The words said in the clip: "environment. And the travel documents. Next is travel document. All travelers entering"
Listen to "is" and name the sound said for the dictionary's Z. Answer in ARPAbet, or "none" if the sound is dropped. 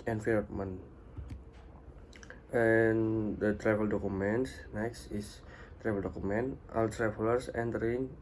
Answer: S